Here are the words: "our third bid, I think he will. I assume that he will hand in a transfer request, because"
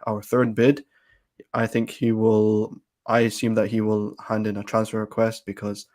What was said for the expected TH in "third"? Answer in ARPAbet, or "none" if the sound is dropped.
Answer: TH